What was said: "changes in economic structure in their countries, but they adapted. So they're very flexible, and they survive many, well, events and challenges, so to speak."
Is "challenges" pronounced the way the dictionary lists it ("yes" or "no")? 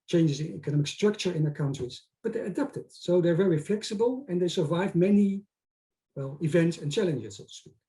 yes